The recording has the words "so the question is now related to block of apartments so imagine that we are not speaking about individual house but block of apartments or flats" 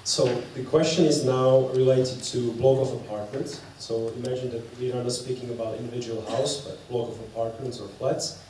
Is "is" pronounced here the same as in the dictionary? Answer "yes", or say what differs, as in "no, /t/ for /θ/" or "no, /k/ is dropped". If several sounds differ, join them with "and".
yes